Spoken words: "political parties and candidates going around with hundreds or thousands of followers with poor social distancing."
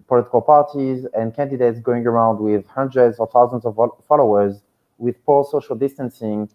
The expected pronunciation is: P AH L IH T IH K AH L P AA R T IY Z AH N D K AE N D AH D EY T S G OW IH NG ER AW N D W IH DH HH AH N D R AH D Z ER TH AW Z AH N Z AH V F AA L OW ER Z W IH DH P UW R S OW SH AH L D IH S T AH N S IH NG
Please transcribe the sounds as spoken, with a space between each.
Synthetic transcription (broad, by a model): P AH L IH T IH K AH L P AA R T IY Z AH N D K AE N D AH D EY T S G OW IH NG ER AW N D W IH DH HH AH N D R AH D Z ER TH AW Z AH N Z AH V F AA L OW ER Z W IH DH P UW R S OW SH AH L D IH S T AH N S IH NG